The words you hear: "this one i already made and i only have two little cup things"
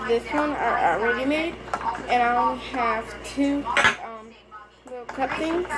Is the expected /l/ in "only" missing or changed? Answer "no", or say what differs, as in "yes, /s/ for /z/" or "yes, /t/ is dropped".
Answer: yes, /l/ is dropped